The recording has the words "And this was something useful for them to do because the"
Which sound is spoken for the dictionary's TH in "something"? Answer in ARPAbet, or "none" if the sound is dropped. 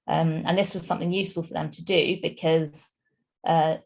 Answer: TH